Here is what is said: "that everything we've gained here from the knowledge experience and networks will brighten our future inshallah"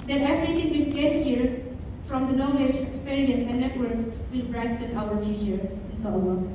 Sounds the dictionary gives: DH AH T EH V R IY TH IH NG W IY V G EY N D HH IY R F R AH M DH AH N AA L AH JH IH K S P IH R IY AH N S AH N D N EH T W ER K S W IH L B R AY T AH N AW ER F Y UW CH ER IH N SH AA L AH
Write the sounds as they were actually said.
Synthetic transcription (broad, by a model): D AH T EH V R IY T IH NG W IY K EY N HH IY R F R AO M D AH N AA L AH JH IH K S P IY R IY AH N S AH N N EH T W ER K S W IH L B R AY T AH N AW ER F Y UW CH ER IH N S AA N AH